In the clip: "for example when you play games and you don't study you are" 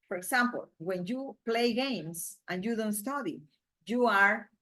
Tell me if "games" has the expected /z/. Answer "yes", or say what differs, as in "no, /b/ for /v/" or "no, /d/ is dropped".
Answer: no, /s/ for /z/